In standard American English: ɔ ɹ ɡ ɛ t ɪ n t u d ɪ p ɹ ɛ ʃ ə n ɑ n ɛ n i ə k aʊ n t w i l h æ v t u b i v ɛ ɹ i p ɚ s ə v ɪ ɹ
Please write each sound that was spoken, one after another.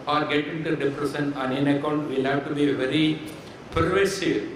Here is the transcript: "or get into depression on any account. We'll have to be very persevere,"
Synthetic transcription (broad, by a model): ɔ ɹ ɡ ɛ t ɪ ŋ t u d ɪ f ɹ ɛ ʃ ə n ɑ n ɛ n ə k aʊ n t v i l h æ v t u b i v ɛ ɹ i p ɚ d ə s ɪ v